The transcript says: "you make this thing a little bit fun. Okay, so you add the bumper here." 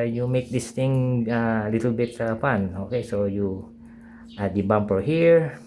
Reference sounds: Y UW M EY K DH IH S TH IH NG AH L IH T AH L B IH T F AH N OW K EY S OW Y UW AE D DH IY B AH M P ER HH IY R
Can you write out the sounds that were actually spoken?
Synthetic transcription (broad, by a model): Y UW M EY K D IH S T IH NG AH L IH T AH L B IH T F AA N OW K EY S OW Y UW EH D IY B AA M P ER HH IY R